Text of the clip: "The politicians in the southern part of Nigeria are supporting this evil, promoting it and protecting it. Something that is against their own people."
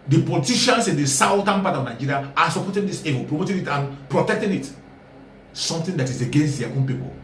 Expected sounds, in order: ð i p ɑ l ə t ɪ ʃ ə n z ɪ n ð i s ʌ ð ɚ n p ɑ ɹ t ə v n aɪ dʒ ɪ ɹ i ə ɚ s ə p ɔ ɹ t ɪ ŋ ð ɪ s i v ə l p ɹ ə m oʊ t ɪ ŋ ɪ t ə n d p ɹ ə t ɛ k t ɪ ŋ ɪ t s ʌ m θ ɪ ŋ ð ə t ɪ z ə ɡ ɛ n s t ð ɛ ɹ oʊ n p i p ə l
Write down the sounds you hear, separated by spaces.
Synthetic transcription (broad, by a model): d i p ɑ l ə t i ʃ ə n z ɪ n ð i s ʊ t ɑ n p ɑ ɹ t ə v n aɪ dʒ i ɹ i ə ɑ s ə p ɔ t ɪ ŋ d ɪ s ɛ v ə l p ɹ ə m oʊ t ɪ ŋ ɪ t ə n p ɹ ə t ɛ k t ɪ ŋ ɪ t s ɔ m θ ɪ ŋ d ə t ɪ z ə ɡ ɛ n s t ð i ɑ oʊ n p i p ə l